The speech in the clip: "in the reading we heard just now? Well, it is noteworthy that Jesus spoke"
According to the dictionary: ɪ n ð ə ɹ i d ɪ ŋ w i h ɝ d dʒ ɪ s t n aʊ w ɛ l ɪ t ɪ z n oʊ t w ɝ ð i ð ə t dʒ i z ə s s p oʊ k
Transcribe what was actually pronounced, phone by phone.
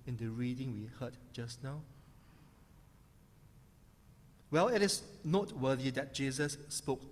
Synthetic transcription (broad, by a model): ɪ n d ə ɹ i d ɪ ŋ w i h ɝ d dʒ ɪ s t n aʊ w ɛ l ɪ t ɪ s n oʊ t w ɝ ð i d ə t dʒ i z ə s s p oʊ k